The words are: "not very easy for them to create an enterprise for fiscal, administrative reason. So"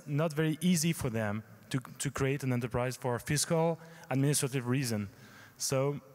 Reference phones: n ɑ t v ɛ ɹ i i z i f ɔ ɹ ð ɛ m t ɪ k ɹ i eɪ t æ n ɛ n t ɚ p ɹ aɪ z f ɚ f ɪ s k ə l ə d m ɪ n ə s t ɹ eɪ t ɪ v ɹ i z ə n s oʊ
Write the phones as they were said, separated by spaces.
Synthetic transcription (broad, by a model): n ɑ t v ɛ ɹ i i z i f ɔ ɹ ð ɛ m t ɪ k ɹ i eɪ t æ n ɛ n t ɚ p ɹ aɪ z f ɚ f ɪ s k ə l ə d m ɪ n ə s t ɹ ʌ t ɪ v ɹ i z ə n s oʊ